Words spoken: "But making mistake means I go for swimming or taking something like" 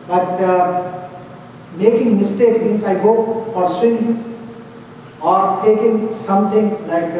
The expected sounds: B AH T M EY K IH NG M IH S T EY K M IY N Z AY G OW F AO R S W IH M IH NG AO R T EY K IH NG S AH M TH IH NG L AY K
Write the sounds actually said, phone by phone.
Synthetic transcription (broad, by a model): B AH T M EY K IH NG M IH S T EY K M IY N S AY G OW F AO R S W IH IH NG AO R T EY K IH NG S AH M T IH NG L AY K